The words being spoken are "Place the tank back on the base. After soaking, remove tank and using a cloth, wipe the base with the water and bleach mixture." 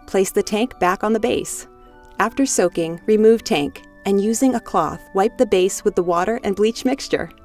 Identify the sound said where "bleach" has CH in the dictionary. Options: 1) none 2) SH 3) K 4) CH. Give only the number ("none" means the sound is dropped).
4